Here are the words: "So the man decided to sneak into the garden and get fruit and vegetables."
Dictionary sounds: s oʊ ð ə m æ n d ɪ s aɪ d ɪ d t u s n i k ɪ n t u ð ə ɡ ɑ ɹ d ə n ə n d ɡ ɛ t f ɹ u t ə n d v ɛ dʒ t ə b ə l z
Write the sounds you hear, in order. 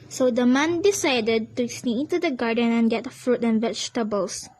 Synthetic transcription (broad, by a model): s oʊ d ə m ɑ n d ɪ s aɪ d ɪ d t u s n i ɪ n t u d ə ɡ ɑ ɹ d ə n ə n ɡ ɛ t f ɹ u t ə n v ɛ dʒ t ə b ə l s